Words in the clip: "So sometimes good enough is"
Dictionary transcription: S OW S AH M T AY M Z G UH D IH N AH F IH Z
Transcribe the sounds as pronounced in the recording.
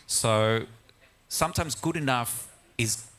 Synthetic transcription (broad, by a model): S OW S AH M T AY M Z G UH D IH N AH F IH Z